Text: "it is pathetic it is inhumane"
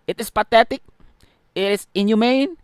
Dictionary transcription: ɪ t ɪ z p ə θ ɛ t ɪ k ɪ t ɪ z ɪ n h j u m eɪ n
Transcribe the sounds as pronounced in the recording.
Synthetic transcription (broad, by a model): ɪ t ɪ s p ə t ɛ t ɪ k ɪ t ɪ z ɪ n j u m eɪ n